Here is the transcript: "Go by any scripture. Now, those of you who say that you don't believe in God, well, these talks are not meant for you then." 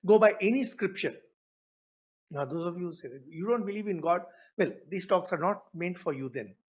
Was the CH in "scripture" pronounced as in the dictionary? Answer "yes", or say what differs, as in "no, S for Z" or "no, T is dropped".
no, SH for CH